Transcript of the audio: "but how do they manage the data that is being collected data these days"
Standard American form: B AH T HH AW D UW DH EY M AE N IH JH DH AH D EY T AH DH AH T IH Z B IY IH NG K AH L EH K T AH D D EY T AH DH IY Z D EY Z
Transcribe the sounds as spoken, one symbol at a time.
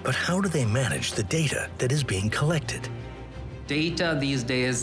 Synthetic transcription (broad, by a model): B AH T HH AW D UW DH EY M AE N IH JH DH AH D EY T AH DH AH T IH Z B IY IH NG K AH L EH K T AH D D EY T AH DH IY Z D EY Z